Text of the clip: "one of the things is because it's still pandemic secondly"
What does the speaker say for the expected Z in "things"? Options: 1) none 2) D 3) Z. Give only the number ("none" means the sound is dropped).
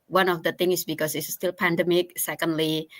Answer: 1